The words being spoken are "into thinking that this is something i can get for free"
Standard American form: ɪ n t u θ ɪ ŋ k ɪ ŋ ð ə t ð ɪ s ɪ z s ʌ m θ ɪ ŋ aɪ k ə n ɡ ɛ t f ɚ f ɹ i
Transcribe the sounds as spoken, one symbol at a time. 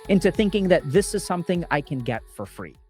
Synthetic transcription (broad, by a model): ɪ n t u θ ɪ ŋ k ɪ ŋ ð ə t ð ɪ s ɪ z s ʌ m θ ɪ ŋ aɪ k ə n ɡ ɛ t f ɚ f ɹ i